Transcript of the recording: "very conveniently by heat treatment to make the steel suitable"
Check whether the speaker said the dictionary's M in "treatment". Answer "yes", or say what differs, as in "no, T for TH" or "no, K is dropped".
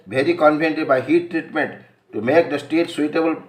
yes